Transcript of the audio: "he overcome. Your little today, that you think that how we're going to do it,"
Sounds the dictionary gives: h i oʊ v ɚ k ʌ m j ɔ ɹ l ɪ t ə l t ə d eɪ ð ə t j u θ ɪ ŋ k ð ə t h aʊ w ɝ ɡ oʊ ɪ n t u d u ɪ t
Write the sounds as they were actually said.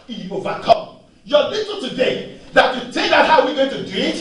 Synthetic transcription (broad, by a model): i oʊ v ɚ k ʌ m j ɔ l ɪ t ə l t ə d eɪ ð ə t j u t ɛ k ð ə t h aʊ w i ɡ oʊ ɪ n t u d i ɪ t